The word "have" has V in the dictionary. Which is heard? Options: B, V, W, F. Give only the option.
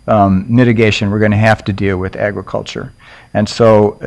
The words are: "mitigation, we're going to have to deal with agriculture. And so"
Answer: F